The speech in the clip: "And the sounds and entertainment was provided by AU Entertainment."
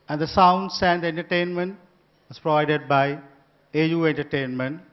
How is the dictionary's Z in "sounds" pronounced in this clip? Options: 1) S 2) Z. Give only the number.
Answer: 1